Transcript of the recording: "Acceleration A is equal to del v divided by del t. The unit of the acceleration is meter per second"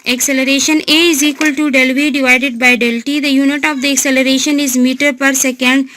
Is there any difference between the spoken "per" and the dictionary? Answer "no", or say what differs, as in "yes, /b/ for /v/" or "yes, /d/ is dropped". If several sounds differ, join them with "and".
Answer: no